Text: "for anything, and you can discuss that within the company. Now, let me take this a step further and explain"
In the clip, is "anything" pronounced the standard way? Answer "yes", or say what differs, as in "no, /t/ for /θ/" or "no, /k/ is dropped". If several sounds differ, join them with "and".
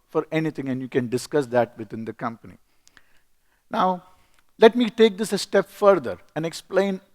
no, /t/ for /θ/